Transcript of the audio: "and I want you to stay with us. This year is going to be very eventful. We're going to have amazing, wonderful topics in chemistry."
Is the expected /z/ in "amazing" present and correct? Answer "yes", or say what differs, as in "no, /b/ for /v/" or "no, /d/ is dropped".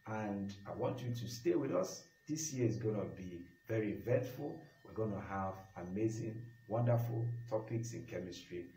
yes